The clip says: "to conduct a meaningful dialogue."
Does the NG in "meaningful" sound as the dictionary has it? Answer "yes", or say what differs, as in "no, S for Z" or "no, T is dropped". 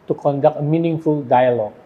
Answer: yes